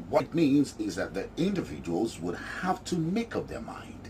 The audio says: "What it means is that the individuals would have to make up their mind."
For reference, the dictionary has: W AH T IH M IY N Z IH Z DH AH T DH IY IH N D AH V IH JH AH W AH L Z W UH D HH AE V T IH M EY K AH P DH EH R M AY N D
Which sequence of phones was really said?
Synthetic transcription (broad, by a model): W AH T M IY N Z IH Z DH AH T DH IY IH N D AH V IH JH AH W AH L Z W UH D HH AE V T IH M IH K AH P DH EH R M AY N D